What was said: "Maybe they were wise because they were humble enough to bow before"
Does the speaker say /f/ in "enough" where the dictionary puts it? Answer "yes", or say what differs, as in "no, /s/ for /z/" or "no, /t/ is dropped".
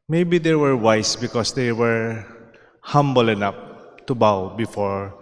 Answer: no, /p/ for /f/